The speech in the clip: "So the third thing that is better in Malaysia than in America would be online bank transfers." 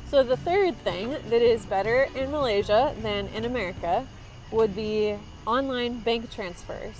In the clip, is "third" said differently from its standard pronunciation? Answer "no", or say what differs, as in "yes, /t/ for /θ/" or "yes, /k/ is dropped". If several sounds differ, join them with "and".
no